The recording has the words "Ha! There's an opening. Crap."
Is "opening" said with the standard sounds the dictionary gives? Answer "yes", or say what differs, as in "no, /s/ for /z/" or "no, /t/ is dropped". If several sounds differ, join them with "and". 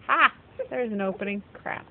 yes